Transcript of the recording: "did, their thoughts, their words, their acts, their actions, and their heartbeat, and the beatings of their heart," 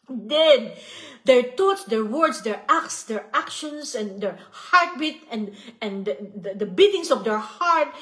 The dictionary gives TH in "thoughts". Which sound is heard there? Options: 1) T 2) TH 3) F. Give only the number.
1